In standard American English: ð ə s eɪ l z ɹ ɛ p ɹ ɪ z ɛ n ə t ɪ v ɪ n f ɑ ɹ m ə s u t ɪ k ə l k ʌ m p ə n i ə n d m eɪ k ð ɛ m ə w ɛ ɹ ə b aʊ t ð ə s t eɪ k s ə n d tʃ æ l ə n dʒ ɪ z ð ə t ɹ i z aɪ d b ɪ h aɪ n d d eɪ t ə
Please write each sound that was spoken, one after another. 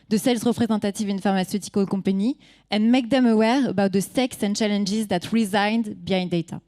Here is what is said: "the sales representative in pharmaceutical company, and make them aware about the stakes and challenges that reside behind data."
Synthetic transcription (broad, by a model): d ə s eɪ l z ɹ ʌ p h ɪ z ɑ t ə t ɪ v ɪ n f ɑ ɹ m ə s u t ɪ k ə k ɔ p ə n i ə n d m eɪ k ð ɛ m ə w ɛ ɹ ə b aʊ t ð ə s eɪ k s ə n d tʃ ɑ l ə n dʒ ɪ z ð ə t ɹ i z aɪ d b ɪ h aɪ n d d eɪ t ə